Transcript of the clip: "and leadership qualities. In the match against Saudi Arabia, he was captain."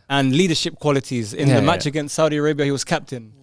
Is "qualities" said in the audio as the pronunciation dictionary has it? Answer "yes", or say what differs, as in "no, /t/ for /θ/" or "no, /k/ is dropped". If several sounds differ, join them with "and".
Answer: yes